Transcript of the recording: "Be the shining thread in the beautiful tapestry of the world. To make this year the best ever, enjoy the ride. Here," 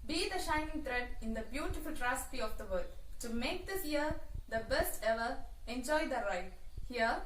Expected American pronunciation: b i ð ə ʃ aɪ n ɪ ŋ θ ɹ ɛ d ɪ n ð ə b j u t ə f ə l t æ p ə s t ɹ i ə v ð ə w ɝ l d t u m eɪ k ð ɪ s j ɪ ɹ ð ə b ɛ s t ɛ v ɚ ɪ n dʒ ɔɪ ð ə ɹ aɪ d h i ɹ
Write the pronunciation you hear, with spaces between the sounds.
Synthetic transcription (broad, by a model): b i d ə ʃ aɪ n ɪ ŋ t ɹ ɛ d ɪ n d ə b j u t ə f ə l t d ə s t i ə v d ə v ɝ d t u m eɪ k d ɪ s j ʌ ɹ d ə b ɛ s t ɛ v ɚ ɪ n dʒ ɔɪ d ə ɹ aɪ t h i ɹ